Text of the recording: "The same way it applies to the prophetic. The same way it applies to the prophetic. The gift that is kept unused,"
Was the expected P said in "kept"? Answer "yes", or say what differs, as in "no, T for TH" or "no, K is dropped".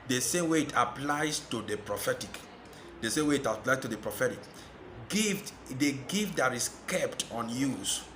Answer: yes